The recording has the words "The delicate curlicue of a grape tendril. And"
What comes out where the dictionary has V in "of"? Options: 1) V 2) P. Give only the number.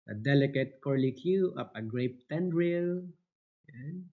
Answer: 2